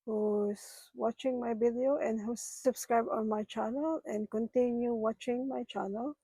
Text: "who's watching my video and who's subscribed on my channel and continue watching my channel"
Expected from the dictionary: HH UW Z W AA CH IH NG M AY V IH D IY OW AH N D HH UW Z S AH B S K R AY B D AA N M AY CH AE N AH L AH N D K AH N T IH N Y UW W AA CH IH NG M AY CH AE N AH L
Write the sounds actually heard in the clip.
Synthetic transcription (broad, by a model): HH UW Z W AA CH IH NG M AY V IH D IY OW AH N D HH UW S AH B S K R AY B AA N M AY CH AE N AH L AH N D K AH N T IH N Y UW W AA CH IH NG M AY CH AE N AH L